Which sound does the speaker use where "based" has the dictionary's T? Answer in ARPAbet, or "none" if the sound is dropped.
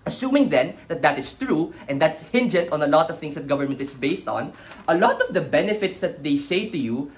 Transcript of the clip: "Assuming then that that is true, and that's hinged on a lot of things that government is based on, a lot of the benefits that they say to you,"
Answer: T